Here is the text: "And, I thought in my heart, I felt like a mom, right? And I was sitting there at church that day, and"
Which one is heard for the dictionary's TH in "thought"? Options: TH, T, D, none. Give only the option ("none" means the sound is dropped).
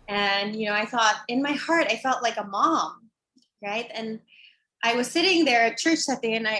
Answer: TH